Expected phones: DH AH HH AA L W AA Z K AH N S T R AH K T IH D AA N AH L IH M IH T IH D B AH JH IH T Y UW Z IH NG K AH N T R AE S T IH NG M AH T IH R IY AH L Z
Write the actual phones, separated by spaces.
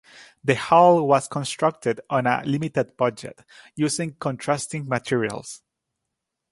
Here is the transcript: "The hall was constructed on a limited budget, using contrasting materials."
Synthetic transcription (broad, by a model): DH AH HH AA L W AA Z K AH N S T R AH K T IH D AA N AH L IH M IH T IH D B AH JH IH T Y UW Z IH NG K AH N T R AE S T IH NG M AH T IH R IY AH L S